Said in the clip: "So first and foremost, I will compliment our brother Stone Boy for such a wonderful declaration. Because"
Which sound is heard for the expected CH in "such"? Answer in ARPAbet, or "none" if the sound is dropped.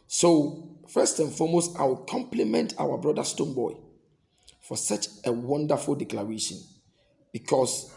CH